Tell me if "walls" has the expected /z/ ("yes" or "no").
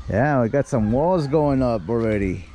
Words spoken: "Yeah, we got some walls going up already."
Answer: yes